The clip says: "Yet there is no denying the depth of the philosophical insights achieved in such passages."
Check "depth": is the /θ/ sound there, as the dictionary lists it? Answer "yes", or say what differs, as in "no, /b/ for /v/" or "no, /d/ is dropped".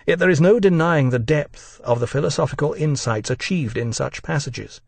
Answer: yes